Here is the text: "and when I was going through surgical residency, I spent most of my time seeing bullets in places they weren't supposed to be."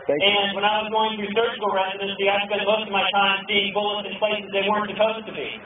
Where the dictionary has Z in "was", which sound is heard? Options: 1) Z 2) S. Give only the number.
1